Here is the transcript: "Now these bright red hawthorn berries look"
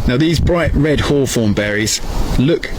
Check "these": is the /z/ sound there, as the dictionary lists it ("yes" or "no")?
yes